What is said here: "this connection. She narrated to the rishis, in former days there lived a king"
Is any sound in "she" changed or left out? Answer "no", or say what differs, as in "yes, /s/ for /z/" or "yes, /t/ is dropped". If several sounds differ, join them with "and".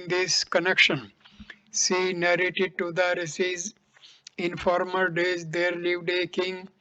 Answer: yes, /s/ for /ʃ/